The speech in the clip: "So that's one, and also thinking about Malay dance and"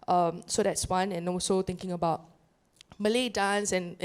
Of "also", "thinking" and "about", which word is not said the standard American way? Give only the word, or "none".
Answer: thinking